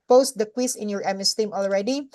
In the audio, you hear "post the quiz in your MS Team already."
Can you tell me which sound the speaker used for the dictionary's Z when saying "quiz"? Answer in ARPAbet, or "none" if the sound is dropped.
S